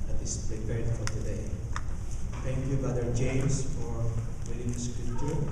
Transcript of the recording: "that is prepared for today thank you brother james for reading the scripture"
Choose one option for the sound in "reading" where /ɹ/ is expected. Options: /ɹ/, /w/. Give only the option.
/w/